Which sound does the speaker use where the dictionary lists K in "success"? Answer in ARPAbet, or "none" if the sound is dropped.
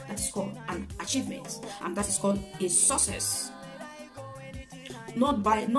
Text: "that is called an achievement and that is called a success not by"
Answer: none